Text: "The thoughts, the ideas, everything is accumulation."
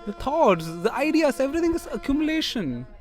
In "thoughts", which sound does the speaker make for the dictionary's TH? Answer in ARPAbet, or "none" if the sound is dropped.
T